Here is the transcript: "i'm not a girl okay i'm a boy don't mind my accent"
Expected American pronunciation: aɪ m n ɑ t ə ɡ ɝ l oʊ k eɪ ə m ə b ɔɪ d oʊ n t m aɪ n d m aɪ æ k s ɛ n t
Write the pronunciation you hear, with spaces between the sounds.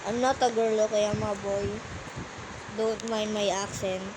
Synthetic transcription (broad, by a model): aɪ m n ɑ t ə ɡ ɝ l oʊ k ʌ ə m ə b ɔɪ d oʊ n t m aɪ n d m aɪ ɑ k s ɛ n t